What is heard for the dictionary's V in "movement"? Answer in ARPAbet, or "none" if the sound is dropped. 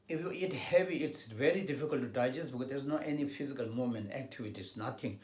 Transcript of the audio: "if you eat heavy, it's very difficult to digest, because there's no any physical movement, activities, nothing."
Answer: none